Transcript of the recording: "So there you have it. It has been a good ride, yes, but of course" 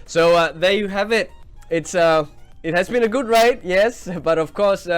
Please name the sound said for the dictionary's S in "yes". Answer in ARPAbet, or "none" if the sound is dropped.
S